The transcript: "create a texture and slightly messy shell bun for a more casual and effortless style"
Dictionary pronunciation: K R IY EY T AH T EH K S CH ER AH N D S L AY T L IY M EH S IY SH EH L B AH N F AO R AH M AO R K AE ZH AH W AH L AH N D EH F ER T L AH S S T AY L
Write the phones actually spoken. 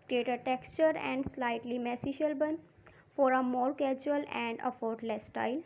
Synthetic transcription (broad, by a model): K R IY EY T AH T EH K S CH ER AH N D S L AY T L IY M EH S IY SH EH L B AH N F AO R AH M AO R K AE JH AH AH L AH N D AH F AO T L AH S S T AY L